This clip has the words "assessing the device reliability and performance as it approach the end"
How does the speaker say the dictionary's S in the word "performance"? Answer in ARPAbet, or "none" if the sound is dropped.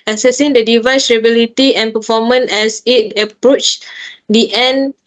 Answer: none